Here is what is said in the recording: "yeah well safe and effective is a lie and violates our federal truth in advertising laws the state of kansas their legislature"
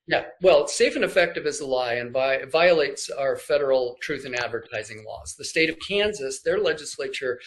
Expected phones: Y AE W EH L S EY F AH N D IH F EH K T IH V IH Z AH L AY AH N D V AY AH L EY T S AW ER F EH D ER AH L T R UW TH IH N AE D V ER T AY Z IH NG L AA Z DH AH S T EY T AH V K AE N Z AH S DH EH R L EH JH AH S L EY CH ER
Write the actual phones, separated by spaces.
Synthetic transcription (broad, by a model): Y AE W EH L S EY F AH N IH F EH K T IH V IH Z AH L AY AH N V V AY AH L EY T S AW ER F EH D ER L T R UW TH IH N AE D V ER T AY Z IH NG L AA Z DH AH S T EY T AH V K AE N Z AH S DH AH R L EH JH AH S L EY CH ER